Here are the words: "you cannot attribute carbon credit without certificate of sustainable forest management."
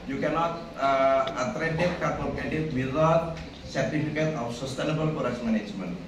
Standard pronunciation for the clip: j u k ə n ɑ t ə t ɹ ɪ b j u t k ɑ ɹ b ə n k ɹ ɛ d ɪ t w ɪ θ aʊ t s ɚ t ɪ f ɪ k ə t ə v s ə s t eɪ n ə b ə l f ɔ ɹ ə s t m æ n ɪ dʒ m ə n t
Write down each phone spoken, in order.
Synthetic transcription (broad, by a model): j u k ə n ɑ t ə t ɹ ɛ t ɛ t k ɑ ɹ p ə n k ɛ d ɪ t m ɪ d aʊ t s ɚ t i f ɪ k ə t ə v s ə s t eɪ n ə b ə l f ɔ ɹ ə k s m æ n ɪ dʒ m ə n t